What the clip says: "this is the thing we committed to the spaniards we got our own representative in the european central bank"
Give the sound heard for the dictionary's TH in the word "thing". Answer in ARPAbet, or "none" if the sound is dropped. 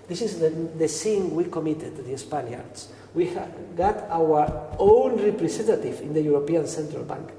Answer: S